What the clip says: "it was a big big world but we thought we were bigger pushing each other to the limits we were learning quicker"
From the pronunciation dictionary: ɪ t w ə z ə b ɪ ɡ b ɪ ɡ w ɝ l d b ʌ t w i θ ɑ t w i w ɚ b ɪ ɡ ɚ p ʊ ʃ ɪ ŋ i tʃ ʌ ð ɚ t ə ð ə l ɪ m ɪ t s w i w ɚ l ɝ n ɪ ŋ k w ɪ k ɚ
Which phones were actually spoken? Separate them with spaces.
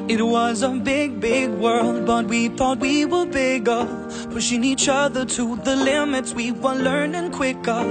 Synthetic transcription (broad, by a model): ɪ t w ə z ə b ɪ ɡ b ɪ ɡ w ɝ l d b ʌ t w i θ ɑ t w i w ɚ b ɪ ɡ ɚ f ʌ ʃ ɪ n i tʃ ʌ ð ɚ t ə ð ə l ɪ m ɪ t s w i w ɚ l ɝ n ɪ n k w ɪ k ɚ